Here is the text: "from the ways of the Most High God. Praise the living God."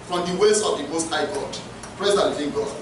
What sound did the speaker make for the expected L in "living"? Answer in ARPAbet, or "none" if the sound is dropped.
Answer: N